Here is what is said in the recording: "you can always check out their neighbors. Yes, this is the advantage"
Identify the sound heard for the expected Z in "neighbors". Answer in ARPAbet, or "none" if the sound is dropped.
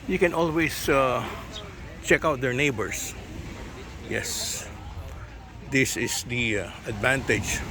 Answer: S